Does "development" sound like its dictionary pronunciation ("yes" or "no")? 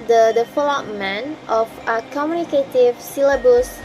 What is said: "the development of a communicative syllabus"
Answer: no